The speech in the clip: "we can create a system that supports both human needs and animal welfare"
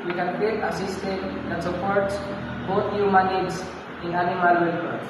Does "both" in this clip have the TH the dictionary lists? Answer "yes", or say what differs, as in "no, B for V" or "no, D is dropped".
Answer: no, T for TH